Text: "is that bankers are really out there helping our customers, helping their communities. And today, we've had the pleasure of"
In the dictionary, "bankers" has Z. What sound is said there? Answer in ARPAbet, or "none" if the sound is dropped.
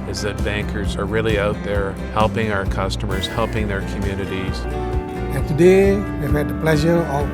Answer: Z